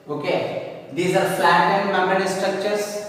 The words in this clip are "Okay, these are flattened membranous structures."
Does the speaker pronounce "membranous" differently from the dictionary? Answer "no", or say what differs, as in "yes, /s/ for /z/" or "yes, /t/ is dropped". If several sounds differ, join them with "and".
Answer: yes, /ɹ/ is dropped